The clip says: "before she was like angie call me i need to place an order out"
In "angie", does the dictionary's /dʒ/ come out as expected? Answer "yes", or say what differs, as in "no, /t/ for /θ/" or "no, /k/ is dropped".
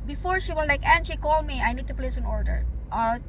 no, /ʃ/ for /dʒ/